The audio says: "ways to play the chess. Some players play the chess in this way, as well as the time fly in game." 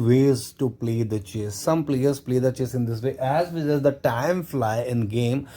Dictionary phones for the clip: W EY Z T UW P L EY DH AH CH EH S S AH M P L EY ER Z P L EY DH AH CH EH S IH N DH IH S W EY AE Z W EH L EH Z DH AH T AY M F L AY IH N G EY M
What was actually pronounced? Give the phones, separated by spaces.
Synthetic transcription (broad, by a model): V EY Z T UW P L EY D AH CH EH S S AH M P L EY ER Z P L EY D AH CH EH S IH N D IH S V EY AE Z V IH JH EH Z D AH T AY M F L AY IH N G EY M